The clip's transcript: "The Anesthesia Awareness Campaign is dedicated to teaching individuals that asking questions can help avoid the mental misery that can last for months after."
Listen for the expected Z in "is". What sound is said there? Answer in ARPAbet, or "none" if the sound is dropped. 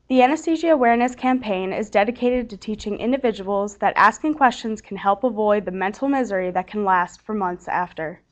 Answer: Z